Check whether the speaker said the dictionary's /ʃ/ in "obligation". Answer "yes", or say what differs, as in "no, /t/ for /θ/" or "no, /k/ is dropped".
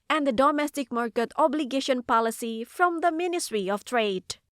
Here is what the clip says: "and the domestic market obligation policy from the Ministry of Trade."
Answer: yes